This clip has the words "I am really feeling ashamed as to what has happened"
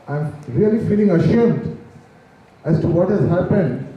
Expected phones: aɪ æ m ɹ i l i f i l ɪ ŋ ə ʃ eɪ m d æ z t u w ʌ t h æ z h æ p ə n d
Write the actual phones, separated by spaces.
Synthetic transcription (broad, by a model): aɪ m ɹ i l i f i l ɪ ŋ ə ʃ eɪ m d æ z t u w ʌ t h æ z h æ p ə n d